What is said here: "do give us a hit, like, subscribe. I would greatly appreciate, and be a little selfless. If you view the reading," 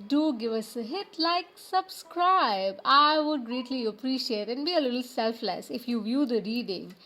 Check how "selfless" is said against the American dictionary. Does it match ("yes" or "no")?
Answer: yes